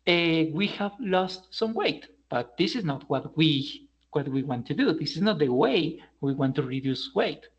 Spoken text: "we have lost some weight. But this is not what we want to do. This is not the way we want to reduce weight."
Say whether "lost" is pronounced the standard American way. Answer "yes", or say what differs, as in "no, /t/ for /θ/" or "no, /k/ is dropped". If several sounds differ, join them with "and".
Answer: yes